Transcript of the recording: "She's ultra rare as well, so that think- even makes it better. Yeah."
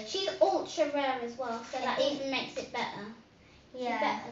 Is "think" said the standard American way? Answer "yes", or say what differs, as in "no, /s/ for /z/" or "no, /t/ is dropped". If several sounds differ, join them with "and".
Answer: no, /ŋ/ is dropped